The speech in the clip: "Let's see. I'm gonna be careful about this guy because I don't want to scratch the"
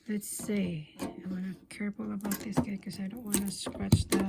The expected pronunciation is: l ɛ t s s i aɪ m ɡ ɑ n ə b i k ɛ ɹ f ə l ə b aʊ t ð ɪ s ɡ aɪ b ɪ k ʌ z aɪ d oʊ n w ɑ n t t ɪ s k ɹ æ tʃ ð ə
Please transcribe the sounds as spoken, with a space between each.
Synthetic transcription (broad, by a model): l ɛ t s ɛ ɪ aɪ m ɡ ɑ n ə k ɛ ɹ p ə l ə b aʊ t ð ɪ s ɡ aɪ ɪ k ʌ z aɪ d oʊ n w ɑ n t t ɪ s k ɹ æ tʃ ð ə